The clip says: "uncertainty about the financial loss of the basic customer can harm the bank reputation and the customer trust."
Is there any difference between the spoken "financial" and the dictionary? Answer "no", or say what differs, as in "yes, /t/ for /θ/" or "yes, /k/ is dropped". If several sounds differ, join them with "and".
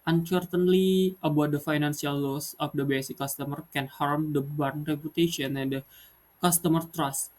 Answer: yes, /s/ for /ʃ/